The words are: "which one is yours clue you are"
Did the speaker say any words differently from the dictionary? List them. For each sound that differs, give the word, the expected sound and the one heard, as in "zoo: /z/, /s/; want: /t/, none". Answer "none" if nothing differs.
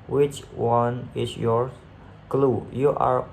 is: /z/, /s/; yours: /z/, none